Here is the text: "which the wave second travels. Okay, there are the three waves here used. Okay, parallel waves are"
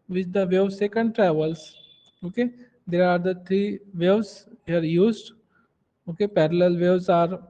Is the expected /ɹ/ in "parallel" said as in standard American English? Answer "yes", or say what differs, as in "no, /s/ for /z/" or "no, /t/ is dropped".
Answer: yes